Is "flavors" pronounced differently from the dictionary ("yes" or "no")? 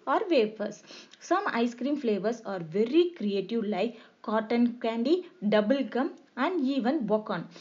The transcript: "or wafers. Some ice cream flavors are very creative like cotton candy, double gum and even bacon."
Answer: yes